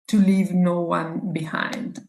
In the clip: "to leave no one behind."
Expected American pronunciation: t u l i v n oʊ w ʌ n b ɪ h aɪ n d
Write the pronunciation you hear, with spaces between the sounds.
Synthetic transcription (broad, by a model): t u l i v n oʊ w ʌ n b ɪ h aɪ n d